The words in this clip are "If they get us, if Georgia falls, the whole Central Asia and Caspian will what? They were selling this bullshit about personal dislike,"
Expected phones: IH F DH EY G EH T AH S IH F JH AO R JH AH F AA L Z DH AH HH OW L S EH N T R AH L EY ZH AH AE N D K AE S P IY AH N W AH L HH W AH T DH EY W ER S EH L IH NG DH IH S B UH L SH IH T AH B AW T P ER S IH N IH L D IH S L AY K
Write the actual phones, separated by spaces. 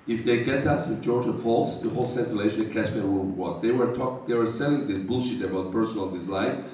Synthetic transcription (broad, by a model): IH F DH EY G EH T AH S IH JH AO R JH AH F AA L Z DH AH HH OW L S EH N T AH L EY SH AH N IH K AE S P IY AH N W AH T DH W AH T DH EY W ER S EH L IH NG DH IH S B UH L SH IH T AH B AW T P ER S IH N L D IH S L AY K